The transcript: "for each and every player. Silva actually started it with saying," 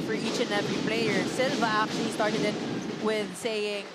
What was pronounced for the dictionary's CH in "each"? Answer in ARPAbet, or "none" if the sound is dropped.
CH